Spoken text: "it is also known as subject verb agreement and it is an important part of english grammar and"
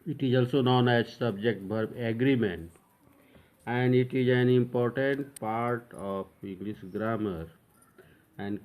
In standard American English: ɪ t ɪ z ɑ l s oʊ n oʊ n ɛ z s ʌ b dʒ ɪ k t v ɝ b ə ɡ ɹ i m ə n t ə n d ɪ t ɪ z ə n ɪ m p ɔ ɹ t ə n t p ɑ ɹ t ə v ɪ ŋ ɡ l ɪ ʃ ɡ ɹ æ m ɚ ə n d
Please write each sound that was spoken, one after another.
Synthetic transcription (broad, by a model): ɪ t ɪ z ɑ l s oʊ n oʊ n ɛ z s ʌ b dʒ ɪ k t b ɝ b ə ɡ ɹ i m ə n t ə n d ɪ t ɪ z ə n ɪ m p ɔ ɹ t ə n t p ɑ ɹ t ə p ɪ ŋ ɡ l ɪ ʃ ɡ ɹ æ m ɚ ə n d